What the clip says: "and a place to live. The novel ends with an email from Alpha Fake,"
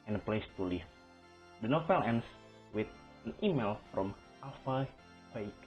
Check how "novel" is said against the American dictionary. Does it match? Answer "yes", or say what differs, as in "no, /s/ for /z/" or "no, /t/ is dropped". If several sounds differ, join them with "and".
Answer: no, /f/ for /v/